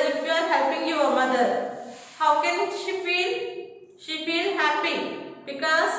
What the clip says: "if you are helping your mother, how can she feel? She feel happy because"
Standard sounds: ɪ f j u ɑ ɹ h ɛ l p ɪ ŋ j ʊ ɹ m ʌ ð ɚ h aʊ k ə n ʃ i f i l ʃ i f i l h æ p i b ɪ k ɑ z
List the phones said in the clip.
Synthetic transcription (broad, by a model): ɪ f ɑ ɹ h ɛ l p ɪ ŋ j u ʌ m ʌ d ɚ h aʊ k ə n ʃ i f i l ʃ i f i l h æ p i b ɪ k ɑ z